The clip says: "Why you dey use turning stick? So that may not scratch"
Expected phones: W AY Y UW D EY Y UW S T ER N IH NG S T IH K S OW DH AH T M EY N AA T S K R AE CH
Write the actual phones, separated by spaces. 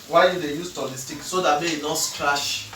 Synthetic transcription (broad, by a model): W AY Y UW D EY Y UW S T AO L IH S T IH K S OW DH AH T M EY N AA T S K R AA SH